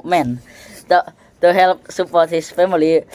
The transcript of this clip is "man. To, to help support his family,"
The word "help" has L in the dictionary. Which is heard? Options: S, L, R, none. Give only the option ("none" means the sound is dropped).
L